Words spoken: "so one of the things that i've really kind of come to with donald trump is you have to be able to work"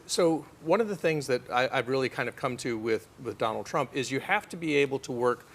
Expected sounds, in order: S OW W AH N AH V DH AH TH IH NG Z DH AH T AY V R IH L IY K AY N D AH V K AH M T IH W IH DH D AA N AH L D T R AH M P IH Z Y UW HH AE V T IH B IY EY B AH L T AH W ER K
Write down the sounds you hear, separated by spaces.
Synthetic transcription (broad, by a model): S OW W AH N AH V DH AH TH IH NG Z DH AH T AY V R IH L IY K AY N D AH V K AH M T IH W IH DH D AA N L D T R AH M P IH Z Y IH HH AE F T IH B IY EY B L T AH W ER K